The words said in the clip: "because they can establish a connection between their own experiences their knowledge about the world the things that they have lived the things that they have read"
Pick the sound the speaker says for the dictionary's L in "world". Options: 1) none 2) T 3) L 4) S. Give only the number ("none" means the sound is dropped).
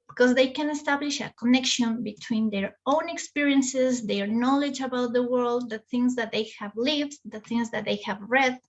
3